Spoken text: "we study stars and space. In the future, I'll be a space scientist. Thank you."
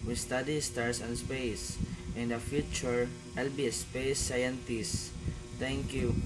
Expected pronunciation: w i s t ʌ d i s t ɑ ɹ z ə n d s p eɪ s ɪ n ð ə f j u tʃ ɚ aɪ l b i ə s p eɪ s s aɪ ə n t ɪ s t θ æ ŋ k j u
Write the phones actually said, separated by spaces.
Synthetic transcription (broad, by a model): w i s t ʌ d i s t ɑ ɹ s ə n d s p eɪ s ɪ n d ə f j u tʃ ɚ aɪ l b i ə s p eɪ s s aɪ ə n t ɪ s t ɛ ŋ k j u